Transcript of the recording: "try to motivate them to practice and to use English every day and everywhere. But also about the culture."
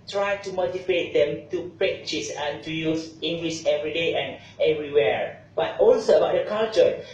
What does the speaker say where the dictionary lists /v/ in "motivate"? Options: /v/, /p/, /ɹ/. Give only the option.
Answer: /p/